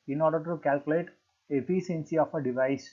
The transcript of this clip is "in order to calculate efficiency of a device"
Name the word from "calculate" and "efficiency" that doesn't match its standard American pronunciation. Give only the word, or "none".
efficiency